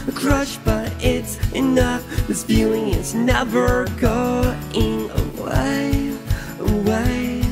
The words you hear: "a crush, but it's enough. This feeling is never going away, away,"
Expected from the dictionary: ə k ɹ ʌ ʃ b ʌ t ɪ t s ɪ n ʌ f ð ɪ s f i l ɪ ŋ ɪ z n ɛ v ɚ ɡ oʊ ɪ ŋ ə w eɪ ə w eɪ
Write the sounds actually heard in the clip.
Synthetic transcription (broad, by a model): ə k ɹ ʌ ʃ b ʌ t ɪ t s ɪ n ʌ f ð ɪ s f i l ɪ ŋ ɪ s n ɛ v ɚ ɡ oʊ ɪ ŋ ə w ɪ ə w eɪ